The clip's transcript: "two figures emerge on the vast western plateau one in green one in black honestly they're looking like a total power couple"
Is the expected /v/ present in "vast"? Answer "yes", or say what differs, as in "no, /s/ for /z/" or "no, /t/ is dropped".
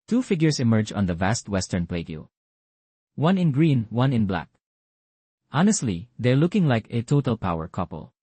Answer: yes